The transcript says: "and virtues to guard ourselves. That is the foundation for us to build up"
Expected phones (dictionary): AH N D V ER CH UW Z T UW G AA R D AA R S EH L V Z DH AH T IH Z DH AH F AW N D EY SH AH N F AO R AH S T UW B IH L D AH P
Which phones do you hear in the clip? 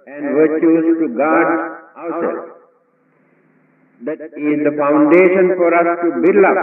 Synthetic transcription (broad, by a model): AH N D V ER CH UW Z T UW G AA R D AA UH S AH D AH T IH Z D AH F AW N D EY SH AH N F AO R AH S T UW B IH L AH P